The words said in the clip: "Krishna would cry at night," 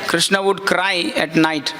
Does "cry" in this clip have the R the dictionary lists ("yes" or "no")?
yes